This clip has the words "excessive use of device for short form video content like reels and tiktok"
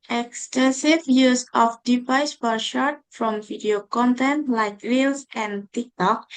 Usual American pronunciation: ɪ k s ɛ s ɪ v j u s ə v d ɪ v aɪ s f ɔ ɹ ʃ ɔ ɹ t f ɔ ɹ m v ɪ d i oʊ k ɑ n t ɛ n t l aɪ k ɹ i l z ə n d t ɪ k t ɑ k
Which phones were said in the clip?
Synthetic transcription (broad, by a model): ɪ k s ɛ s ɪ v j u s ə f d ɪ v aɪ s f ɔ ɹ ʃ ɔ ɹ t f ɔ m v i d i oʊ k ɑ n t ɛ n t l aɪ k ɹ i l s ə n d t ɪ k t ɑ k